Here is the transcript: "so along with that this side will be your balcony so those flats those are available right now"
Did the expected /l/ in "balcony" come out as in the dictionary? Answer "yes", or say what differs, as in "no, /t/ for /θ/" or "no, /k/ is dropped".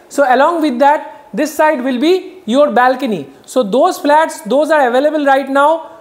yes